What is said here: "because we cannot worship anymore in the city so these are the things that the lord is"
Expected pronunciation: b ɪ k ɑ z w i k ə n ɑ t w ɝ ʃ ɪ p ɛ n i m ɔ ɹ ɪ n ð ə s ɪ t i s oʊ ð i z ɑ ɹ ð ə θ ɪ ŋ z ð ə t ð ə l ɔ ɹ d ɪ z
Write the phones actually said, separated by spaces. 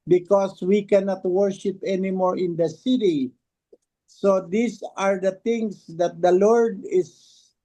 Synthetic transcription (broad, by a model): b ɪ k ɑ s w i k ə n ɑ t w ɝ ʃ ɪ p ɛ n i m ɔ ɹ ɪ n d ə s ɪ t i s oʊ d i s ɑ ɹ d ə t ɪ ŋ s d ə t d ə l ɔ ɹ d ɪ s